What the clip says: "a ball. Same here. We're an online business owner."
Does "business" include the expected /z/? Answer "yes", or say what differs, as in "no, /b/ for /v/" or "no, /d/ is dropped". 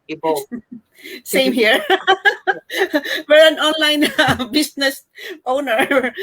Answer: no, /s/ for /z/